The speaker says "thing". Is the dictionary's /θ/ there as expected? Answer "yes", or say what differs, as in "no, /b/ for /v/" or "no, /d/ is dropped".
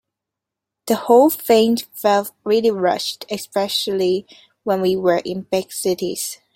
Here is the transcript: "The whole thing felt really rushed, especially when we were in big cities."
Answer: no, /f/ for /θ/